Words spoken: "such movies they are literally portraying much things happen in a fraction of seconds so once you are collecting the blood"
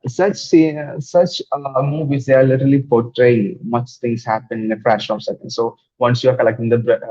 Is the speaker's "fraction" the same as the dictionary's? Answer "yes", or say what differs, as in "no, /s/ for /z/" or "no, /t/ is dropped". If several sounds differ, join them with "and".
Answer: no, /k/ is dropped